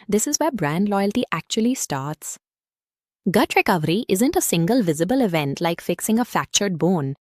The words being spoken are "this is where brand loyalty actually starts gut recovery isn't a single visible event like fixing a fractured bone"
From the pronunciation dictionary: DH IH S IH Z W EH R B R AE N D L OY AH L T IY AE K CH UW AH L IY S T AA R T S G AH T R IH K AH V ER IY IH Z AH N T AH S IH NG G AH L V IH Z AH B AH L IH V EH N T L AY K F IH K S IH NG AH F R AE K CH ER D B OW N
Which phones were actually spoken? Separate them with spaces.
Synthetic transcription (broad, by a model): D IH S IH Z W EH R B R AE N D L OY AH L T IY AE K CH UW AH L IY S T AA R T S G AH T R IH K AH V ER IY IH Z AH N T AH S IH NG G AH L V IH Z AH B AH L IH V EH N T L AY K F IH K S IH NG AH F AE K CH ER D B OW N